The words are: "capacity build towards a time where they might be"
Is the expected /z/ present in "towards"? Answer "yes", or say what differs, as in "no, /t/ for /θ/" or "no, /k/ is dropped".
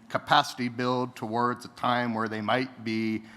yes